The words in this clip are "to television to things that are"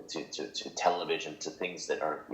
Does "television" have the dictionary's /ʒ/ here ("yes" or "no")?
yes